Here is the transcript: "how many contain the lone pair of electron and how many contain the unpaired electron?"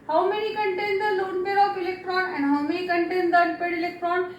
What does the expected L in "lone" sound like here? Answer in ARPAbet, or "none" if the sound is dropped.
L